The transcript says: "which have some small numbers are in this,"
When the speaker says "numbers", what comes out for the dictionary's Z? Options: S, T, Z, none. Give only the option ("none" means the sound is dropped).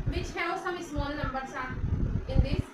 S